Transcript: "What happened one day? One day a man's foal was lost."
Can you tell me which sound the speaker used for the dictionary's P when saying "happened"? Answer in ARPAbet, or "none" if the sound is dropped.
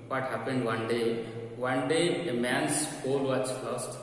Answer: P